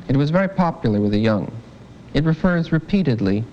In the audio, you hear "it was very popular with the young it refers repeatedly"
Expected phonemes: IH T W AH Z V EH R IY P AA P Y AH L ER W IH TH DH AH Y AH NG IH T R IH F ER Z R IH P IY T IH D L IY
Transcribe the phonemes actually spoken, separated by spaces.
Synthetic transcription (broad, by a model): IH T W AH Z V EH R IY P AA P Y L ER W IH DH AH Y AH NG IH T R IH F ER Z R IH P IY T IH D L IY